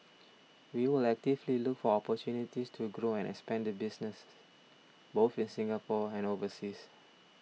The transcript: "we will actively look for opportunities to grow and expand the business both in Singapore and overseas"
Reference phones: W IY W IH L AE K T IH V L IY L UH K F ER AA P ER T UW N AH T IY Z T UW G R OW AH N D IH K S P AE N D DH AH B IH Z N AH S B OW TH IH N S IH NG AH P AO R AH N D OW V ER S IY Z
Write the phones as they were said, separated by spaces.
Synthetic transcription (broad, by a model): W IY W IH L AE K T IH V L IY L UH K F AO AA P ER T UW N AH T IY S T UW G R OW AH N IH K S P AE N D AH B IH S N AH S B OW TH IH N S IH NG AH P AO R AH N OW V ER S IY S